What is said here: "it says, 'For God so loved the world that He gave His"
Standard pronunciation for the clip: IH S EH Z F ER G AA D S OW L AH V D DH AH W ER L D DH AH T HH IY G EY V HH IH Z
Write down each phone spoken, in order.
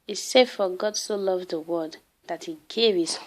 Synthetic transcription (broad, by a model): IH S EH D F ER G AA D S OW L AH V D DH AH W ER D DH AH T HH IY G EY V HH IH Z